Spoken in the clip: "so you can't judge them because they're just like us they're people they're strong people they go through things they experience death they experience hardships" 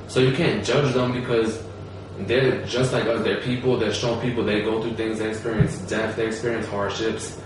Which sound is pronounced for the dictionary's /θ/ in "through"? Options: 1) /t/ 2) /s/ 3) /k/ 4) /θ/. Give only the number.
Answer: 4